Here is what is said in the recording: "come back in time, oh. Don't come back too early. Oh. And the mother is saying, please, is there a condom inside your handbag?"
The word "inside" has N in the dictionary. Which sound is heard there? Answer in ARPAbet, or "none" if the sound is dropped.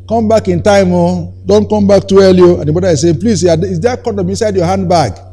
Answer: N